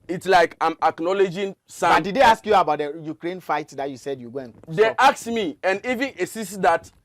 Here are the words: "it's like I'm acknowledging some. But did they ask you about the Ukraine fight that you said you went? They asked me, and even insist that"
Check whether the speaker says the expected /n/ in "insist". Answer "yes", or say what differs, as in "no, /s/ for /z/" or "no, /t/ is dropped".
no, /n/ is dropped